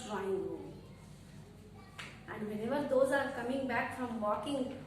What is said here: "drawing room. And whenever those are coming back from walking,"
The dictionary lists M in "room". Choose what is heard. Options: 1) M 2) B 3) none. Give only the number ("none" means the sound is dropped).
3